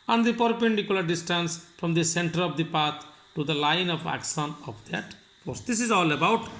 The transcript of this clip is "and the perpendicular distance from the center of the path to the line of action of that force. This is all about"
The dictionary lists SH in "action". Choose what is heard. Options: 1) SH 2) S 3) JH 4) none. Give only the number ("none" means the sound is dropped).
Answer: 2